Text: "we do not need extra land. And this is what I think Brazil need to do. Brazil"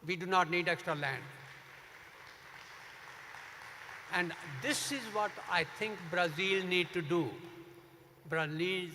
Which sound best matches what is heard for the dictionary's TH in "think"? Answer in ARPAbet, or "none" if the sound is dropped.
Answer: T